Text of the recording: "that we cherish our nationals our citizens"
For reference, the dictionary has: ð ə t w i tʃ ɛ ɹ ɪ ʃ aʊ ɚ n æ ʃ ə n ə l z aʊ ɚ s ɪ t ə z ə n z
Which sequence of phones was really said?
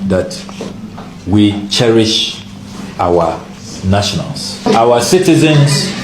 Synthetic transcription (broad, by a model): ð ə t w i tʃ ɛ ɹ ɪ ʃ aʊ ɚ n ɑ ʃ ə n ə l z aʊ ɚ s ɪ t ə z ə n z